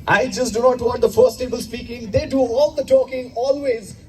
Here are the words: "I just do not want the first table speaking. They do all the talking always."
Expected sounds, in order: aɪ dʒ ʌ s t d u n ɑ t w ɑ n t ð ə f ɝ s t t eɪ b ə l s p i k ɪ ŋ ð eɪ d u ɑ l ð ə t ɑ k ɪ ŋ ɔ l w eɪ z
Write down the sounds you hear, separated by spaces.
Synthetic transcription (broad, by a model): aɪ dʒ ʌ s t d u n ɑ t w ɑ t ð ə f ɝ s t t eɪ b ə l s p i k ɪ ŋ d eɪ d u ɑ l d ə t ɑ k ɪ ŋ ɔ l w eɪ z